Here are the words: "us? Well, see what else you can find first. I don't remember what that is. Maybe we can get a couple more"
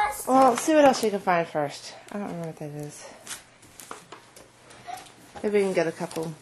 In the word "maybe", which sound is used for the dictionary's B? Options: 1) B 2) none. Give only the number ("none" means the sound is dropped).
2